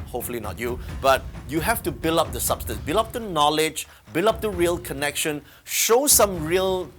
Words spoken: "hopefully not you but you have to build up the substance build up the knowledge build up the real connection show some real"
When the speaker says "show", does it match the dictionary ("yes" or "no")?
yes